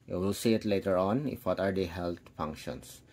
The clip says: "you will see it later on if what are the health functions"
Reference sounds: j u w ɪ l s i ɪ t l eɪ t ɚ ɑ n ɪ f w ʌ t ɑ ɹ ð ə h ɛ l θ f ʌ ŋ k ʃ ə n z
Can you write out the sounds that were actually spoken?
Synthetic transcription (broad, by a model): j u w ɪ l s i ɪ t l eɪ t ɚ ɑ n ɪ f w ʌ t ɑ ɹ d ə h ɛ l t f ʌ ŋ k ʃ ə n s